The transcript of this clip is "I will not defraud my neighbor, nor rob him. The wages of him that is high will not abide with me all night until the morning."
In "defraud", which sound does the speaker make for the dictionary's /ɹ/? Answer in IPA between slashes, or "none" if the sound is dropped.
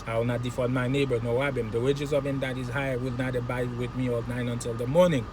none